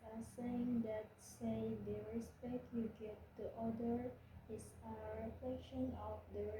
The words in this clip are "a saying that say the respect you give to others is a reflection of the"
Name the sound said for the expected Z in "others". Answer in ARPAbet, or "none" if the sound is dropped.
none